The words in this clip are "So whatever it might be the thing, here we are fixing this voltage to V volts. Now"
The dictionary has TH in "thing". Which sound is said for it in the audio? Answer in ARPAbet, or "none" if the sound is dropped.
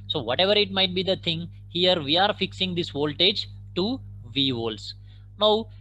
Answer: T